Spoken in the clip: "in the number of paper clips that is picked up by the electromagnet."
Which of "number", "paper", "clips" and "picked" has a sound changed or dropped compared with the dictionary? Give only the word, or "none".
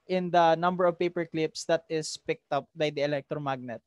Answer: none